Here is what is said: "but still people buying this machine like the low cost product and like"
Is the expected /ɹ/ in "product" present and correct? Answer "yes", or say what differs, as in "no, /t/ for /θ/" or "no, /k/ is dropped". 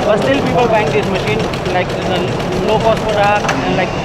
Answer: no, /ɹ/ is dropped